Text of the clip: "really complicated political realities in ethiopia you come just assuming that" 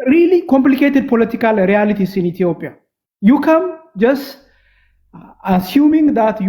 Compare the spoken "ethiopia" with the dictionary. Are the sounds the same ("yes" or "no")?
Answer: no